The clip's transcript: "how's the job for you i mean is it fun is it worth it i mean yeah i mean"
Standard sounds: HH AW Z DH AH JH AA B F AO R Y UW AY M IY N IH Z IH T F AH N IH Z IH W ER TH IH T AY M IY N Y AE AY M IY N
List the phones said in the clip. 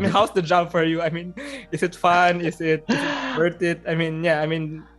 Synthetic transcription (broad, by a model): HH AW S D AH JH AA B F AO R Y UW AY M IY N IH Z IH T F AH N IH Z IH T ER T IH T AY M IY N Y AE AY M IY N